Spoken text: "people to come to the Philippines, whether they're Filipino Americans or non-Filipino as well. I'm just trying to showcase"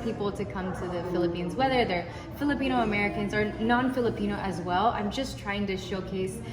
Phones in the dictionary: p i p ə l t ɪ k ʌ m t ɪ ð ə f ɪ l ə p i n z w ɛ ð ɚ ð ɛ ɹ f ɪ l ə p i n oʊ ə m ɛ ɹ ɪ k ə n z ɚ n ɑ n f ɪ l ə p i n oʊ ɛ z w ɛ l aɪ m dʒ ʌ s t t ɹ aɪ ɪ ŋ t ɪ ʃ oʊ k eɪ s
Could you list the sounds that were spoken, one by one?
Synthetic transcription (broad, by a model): p i p l t ɪ k ʌ m t ɪ ð ə f ɪ l ə p i n z w ɛ ð ɚ ð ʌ ɹ f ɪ l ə p i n oʊ ə m ɛ ɹ ɪ k ə n z ɚ n ɑ n f ɪ l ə p i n oʊ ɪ z w ɛ l aɪ m dʒ ʌ s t t ɹ aɪ ɪ ŋ t ɪ ʃ oʊ k eɪ s